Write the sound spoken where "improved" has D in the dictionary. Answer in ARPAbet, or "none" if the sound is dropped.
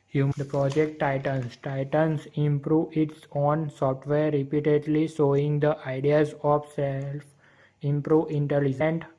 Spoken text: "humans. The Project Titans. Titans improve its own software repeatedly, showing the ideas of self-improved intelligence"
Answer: none